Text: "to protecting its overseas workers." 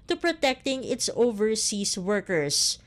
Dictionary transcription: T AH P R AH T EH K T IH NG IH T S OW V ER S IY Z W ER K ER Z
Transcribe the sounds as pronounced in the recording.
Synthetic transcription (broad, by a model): T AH P R AH T EH K T IH NG IH T S OW V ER S IY S W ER K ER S